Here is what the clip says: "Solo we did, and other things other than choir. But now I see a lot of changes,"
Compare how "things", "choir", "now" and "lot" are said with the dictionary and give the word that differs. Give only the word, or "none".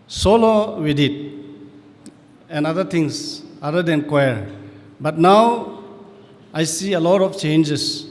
things